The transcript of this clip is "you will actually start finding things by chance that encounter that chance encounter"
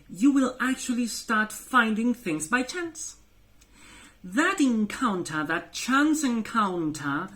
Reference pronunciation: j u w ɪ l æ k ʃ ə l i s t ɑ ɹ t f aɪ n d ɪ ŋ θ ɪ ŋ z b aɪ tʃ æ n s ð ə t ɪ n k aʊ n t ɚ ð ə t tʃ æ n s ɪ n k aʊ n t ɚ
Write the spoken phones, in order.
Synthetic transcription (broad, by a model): j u w ɪ l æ k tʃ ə l i s t ɑ ɹ t f aɪ n d ɪ ŋ θ ɪ ŋ z b aɪ tʃ æ n s ð ə t ɪ n k aʊ n t ɚ ð ə t tʃ æ n s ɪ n k aʊ n t ɚ